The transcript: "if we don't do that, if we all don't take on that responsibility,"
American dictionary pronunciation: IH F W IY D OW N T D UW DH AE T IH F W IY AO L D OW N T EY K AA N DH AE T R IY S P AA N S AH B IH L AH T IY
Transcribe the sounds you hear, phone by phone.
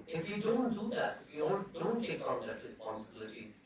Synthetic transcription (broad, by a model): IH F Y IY D OW N T D UW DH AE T IH F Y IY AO N D OW N T EY K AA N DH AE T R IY S P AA N S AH B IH L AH T IY